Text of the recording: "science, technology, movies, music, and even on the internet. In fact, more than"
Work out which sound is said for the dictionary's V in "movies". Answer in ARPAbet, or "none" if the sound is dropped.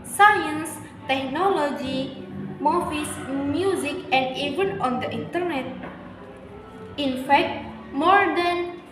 F